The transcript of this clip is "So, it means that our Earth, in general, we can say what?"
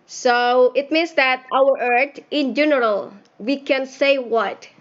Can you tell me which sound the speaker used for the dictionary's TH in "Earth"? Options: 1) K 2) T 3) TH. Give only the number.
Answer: 2